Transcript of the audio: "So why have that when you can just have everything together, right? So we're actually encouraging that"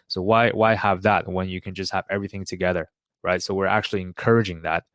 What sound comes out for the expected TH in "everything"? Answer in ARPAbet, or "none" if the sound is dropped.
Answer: TH